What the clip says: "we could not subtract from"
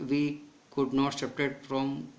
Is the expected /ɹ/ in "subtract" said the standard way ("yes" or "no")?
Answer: no